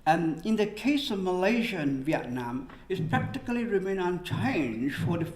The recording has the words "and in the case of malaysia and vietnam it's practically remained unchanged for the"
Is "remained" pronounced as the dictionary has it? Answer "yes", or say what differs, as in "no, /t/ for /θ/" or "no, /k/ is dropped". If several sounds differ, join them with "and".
no, /d/ is dropped